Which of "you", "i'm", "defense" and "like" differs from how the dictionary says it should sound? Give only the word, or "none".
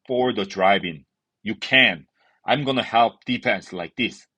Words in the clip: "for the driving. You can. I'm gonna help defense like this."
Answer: defense